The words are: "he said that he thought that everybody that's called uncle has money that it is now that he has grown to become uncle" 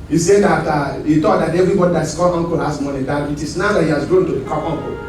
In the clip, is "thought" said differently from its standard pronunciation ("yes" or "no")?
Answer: yes